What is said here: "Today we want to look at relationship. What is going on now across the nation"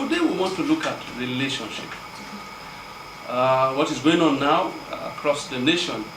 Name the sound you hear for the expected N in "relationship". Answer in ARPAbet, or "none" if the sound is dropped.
N